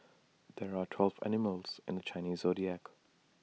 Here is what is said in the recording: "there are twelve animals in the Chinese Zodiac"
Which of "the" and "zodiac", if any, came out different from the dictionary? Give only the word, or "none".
none